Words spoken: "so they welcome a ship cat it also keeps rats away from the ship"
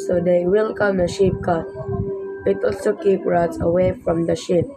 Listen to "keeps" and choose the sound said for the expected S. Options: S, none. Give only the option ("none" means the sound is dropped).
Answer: none